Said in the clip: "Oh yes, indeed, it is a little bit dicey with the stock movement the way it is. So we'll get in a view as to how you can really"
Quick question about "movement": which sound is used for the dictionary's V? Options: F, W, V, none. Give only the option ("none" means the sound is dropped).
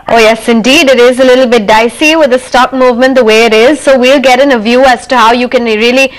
V